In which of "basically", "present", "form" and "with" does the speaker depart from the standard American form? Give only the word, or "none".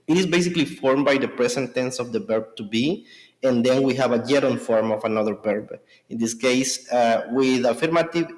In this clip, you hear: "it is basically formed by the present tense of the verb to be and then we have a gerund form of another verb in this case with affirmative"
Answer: present